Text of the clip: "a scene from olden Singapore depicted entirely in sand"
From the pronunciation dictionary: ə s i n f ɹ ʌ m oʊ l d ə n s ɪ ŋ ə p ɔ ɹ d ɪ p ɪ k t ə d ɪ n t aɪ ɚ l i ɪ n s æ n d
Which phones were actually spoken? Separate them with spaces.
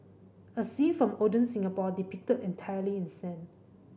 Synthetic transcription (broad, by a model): ə s i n f ɹ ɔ m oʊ d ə n s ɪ ŋ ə p ɔ d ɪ p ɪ k t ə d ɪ n t aɪ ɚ l i ɪ n s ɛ n